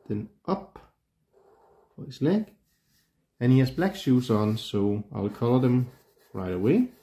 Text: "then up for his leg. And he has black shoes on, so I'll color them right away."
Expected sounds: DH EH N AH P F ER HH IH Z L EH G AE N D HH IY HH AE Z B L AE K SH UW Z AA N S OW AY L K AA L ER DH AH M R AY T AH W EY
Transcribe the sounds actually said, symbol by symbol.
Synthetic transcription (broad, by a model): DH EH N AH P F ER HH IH S L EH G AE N HH IY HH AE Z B L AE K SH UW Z AA N S OW AY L K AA L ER DH AH M R AY T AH W EY